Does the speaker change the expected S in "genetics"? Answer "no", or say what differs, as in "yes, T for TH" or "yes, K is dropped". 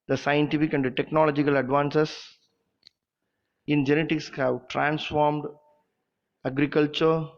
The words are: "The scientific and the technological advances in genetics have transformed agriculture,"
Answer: no